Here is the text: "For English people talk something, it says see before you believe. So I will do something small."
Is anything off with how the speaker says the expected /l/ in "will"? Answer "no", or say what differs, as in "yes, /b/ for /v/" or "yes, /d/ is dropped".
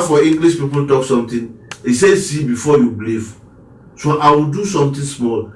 no